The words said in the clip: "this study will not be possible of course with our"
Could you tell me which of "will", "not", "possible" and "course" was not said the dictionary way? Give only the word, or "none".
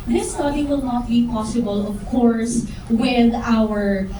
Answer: none